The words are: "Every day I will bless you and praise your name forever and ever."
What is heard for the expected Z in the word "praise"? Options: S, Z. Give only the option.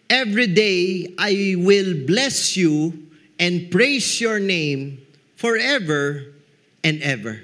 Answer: S